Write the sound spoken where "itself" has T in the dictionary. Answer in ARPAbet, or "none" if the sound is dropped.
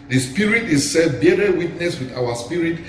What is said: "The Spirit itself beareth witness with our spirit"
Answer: S